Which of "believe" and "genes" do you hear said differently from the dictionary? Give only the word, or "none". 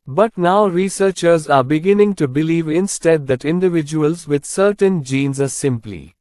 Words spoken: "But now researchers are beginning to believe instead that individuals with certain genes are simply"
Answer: none